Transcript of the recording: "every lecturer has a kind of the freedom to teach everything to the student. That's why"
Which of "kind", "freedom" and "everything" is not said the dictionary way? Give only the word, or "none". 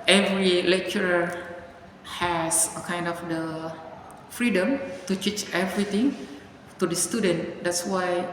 everything